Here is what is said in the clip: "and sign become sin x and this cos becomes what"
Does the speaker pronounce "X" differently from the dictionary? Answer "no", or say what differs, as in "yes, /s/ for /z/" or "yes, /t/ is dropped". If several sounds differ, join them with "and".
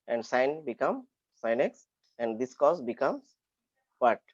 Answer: no